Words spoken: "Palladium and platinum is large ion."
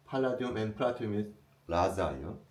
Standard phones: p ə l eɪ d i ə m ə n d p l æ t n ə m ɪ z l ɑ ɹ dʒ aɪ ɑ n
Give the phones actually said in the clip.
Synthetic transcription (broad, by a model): p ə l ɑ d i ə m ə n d p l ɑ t ə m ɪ s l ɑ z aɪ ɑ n